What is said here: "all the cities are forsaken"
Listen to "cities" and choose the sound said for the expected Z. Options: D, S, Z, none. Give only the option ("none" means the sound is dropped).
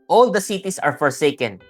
S